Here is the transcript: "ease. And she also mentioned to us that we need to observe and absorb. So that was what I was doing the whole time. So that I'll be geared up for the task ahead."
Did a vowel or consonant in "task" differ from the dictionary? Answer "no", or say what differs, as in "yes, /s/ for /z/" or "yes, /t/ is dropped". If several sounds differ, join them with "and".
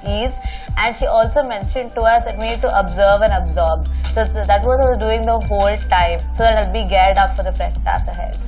yes, /k/ is dropped